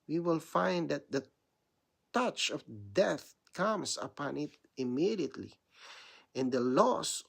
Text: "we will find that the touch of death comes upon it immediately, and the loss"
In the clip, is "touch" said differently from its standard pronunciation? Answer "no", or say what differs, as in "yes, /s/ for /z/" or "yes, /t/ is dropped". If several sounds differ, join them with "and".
no